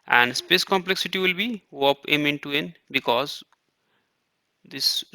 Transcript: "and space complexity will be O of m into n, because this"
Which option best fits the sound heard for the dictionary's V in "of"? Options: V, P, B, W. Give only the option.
P